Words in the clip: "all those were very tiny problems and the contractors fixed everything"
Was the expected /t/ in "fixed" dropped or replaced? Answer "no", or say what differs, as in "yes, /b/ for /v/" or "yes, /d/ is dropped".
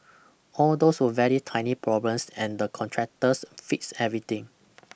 yes, /t/ is dropped